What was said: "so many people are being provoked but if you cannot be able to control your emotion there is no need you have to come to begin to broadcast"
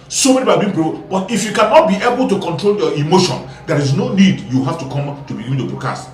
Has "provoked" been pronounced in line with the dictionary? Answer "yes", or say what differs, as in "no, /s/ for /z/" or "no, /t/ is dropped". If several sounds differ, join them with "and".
no, /b/ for /v/ and /k/ is dropped